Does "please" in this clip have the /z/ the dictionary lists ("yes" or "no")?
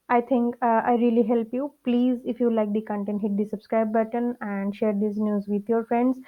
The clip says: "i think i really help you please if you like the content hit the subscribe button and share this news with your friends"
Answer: yes